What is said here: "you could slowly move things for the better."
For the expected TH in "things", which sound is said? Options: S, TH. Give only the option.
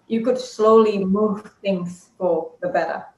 TH